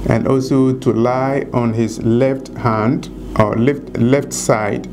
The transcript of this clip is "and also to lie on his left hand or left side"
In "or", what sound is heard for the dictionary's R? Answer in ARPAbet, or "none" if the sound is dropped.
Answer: L